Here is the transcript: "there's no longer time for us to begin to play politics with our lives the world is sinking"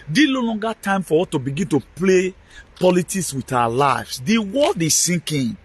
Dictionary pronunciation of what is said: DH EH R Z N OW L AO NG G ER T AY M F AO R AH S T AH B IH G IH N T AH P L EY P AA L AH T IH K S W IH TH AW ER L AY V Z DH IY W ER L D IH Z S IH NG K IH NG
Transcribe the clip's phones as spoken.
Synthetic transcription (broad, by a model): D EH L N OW L AO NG G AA T AY M F AO W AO T AH B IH G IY N T AH P L EY P AA L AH T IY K S W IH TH AW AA L AY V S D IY W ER L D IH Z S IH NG K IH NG